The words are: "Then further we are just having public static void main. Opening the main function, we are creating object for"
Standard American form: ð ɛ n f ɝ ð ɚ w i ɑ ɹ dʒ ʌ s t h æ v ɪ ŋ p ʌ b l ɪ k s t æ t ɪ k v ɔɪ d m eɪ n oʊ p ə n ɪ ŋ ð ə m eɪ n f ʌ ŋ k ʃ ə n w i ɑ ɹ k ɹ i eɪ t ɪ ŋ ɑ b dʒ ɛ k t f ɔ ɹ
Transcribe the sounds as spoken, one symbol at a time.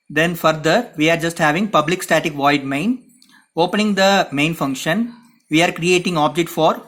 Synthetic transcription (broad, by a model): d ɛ n f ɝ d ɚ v i ɑ ɹ dʒ ʌ s t h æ v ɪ ŋ p ʌ b l ɪ k s t æ t ɪ k v ɔɪ d m eɪ n oʊ p ə n ɪ ŋ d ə m eɪ n f ʌ ŋ k ʃ ə n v i ɑ ɹ k ɹ i eɪ t ɪ ŋ ɑ b dʒ ɛ k t f ɔ ɹ